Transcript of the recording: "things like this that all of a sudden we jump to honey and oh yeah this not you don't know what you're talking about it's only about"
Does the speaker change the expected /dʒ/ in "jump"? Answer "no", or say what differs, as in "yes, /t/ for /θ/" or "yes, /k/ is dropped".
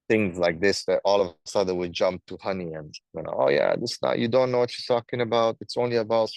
no